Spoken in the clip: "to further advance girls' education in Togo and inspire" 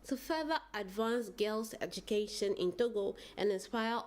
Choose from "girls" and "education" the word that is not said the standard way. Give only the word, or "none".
girls